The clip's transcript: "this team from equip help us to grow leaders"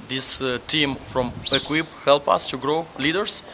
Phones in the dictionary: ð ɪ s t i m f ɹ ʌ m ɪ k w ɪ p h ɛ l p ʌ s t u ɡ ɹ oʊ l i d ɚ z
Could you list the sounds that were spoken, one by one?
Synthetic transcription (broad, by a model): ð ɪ s t i m f ɹ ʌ m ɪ k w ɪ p h ɛ l p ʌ s t u ɡ ɹ oʊ l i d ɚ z